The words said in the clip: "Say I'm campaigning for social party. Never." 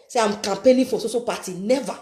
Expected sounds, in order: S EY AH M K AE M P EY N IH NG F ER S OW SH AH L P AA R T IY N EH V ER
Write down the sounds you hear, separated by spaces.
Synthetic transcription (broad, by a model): S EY AH M K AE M P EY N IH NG F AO S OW S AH P AA T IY N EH V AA